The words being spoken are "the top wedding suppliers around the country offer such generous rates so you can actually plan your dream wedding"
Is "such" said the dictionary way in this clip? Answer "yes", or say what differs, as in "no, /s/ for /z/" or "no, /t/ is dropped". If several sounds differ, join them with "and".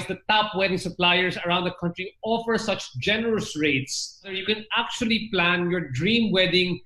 yes